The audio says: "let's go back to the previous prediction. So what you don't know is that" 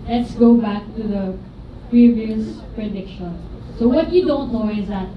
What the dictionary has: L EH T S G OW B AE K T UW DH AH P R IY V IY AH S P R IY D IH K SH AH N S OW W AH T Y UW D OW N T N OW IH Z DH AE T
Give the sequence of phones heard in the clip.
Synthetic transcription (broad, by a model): L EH T S G OW B AE K T UW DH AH P R IY V IY AH S P R IY D IH K SH AH N S OW W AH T Y UW D OW N T N OW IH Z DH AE T